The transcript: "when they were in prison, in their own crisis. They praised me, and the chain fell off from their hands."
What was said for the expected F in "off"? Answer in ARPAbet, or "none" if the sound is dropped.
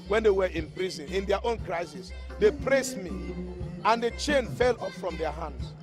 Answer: P